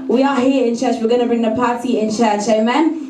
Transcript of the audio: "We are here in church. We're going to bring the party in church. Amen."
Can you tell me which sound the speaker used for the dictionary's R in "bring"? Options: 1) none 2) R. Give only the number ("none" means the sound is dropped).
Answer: 2